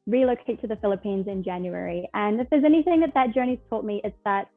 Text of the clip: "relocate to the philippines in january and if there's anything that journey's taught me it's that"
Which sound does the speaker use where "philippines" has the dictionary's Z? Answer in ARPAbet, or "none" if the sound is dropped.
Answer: Z